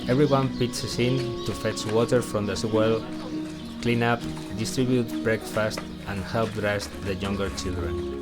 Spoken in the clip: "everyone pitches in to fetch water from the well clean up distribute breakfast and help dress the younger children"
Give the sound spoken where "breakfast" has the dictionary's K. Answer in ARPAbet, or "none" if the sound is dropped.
K